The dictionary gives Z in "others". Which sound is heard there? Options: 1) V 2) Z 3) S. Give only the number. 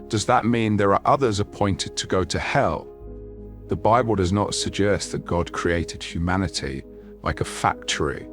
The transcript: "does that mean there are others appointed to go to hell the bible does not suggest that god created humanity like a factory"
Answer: 2